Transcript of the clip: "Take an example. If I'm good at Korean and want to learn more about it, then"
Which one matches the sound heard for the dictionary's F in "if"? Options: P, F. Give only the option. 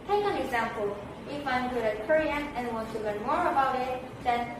F